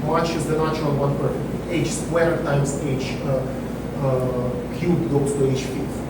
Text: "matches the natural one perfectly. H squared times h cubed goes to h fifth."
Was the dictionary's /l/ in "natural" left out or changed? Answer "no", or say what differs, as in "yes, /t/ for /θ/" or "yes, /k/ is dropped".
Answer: yes, /n/ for /l/